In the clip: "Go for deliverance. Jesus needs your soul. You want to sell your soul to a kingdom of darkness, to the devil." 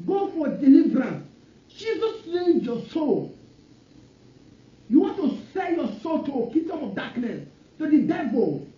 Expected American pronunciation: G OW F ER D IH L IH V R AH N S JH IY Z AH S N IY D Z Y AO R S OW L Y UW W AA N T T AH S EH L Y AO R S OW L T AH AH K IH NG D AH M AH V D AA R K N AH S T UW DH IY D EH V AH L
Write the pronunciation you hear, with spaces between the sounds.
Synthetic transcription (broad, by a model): G OW F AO D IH L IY V R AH N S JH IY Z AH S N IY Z Y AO S OW L Y UW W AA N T T AH S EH N Y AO S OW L T AH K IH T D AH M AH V D AA K N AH S T UW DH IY D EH V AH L